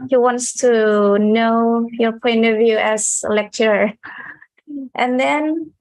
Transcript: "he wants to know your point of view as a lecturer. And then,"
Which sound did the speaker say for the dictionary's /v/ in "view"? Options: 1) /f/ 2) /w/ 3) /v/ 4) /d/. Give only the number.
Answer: 3